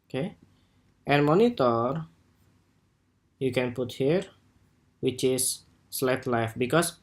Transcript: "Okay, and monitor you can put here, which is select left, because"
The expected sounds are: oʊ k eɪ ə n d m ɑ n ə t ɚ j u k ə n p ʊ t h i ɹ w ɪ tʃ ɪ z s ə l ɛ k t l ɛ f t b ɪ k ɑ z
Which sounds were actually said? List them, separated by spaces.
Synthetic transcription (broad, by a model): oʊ k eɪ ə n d m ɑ n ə t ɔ j u k ə n p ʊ t h i ɹ w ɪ tʃ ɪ s l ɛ t l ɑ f b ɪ k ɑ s